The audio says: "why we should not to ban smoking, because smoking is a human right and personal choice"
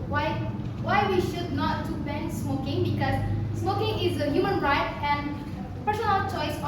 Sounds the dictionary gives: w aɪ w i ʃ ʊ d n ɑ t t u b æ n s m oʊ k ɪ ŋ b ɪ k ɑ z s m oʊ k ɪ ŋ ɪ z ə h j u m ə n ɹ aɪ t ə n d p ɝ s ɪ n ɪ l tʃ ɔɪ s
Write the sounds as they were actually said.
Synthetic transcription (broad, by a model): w aɪ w i ʃ ʊ d n ɑ t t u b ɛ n s m oʊ k ɪ ŋ b ɪ k ɑ z s m oʊ k ɪ ŋ ɪ z ə h j u m ə n ɹ aɪ t ə n d p ɝ s ɪ n ɪ l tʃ ɔɪ s